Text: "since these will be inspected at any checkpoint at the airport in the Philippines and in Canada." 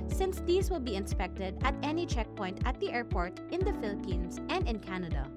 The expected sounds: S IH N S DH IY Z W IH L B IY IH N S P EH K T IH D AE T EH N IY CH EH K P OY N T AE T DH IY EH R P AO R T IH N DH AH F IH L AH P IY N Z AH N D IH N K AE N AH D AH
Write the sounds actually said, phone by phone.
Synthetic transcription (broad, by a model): S IH N S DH IY S W IH L B IY IH N S P EH K T IH D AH T EH N IY CH EH K P OY N T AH T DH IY EH R P AO R T IH N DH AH F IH L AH P IY N S AH N D IH N K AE N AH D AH